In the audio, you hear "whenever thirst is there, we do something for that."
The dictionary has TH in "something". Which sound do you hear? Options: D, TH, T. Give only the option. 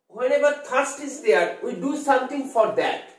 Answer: T